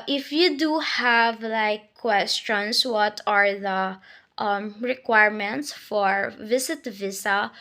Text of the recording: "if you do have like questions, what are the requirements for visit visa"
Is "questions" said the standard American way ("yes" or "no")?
no